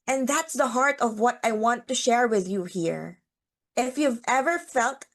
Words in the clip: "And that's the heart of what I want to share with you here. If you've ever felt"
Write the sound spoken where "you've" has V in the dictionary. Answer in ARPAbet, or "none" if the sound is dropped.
V